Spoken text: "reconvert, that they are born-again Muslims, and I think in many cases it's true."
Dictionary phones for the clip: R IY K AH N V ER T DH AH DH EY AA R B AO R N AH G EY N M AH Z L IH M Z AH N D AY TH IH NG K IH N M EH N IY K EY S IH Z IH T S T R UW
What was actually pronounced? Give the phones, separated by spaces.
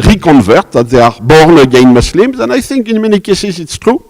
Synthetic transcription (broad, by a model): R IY K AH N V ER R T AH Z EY AA R B AO R N AH G EY N M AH S L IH M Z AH N AY S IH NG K IH N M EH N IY K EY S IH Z IH T S T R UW